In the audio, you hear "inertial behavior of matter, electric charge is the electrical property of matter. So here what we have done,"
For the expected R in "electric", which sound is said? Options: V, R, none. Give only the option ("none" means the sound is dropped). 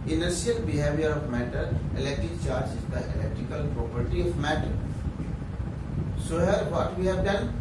R